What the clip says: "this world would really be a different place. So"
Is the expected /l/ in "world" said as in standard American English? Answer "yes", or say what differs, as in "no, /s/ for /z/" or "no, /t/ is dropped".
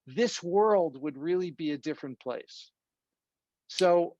yes